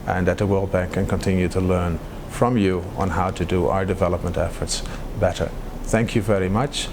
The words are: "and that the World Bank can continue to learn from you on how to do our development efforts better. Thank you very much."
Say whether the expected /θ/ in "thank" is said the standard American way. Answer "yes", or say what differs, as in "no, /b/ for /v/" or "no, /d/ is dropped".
yes